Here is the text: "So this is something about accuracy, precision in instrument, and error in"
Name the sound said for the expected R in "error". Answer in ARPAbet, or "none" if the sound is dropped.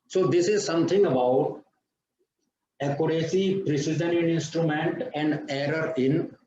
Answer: R